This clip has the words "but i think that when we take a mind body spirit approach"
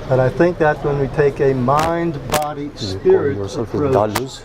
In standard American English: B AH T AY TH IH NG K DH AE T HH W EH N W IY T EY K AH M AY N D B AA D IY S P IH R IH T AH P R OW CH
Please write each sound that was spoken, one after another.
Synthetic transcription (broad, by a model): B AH T AY TH IH NG K DH AE T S W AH N W IY T EY K AH M AY N D B AA D IY S P IH R IH T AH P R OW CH